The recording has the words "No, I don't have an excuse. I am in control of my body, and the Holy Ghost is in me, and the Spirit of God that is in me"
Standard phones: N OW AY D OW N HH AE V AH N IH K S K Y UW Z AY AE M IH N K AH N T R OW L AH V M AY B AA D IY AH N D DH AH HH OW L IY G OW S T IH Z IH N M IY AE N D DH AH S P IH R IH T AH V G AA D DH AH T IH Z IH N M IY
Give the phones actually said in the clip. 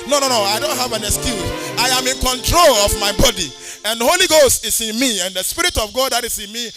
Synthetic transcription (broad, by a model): N OW AY D OW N HH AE V AH N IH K S K Y UW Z AY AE M IH N K AH N T R OW L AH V M AY B AA D IY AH N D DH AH HH OW L IY G OW S T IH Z IH N M IY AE N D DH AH S P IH R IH T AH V G AA D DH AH T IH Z IH N M IY